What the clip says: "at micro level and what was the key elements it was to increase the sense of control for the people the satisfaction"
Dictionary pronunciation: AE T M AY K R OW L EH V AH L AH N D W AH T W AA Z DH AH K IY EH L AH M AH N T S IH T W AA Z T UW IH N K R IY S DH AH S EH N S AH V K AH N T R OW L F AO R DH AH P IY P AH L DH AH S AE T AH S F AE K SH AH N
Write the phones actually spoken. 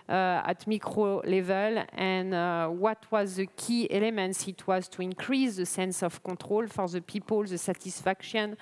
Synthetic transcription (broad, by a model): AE T M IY K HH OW L EH V AH L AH N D W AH T W AA Z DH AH K IY EH L AH M AH N T S IH T W AA Z T UW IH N K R IY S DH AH S EH N S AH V K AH T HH OW L F AO R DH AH P IY P AH L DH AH S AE T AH S F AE K SH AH N